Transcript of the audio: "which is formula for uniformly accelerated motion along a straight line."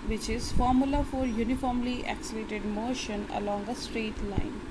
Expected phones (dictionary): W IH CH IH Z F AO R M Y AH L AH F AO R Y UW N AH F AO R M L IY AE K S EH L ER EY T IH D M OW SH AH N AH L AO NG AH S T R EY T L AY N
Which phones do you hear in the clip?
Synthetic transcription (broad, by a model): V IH CH IH Z F AO R M Y AH L AH F AO R Y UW N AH F AO R M L IY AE K S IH L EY T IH D M OW SH AH N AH L AO NG AH S T R EY T L AY N